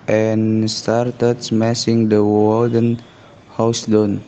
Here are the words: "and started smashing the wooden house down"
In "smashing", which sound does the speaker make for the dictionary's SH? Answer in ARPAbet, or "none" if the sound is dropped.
S